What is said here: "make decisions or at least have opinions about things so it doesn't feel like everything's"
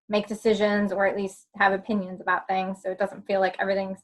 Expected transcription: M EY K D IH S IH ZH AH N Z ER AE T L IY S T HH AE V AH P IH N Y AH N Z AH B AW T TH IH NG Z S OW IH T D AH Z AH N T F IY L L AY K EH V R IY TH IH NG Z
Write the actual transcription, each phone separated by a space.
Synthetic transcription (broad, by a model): M EY K D IH S IH ZH AH N Z ER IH T L IY S T HH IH V AH P IH N Y AH N Z AH B AW T TH IH NG Z S OW IH T D AH Z AH N T F IY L L AY K EH V R IY TH IH NG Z